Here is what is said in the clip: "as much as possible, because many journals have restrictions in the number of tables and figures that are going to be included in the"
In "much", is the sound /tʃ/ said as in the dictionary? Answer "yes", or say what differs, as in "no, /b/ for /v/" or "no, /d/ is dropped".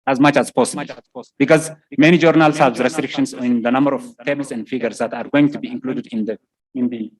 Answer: yes